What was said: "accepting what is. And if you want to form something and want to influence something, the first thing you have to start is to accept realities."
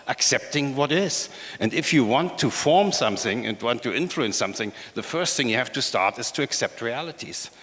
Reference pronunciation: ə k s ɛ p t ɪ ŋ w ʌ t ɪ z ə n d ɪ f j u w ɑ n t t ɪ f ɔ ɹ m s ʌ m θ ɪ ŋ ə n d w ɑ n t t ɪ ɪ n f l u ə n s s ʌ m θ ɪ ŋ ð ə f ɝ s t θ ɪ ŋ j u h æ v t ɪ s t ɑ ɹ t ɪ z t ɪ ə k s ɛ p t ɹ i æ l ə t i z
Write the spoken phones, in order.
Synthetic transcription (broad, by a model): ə k s ɛ p t ɪ ŋ w ʌ t ɪ z ə n d ɪ f j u w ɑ n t t ɪ f ɔ ɹ m s ʌ m θ ɪ ŋ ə n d w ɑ n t t ɪ ɪ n f l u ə n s s ʌ m θ ɪ ŋ ð ə f ɝ s t θ ɪ ŋ j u h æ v t ɪ s t ɑ ɹ t ɪ z t ɪ ə k s ɛ p t ɹ i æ l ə t i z